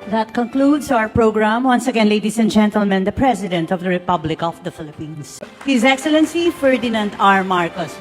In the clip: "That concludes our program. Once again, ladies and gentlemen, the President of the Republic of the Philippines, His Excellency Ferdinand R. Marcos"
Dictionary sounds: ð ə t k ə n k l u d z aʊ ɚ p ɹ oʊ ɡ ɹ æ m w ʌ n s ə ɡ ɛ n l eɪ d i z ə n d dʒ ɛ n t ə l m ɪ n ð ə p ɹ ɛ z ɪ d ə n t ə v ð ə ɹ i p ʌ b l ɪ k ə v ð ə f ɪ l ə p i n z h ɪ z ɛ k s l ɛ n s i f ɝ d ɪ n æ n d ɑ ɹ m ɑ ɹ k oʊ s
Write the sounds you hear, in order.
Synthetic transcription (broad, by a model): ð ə t k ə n k l u d s aʊ ɚ p ɹ oʊ ɡ ɹ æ m w ʌ n s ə ɡ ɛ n l eɪ d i s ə n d dʒ ɛ n t ə l m ɪ n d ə p ɹ ɛ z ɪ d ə n t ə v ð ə ɹ i p ʌ b l ɪ k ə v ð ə f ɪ l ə p i n s h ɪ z ɛ k s l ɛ n s i f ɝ d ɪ n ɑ n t ɑ ɹ m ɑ ɹ k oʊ s